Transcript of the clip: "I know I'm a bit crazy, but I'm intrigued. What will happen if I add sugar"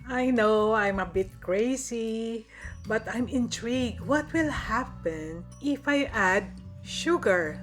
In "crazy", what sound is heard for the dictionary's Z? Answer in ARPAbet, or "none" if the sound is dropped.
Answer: S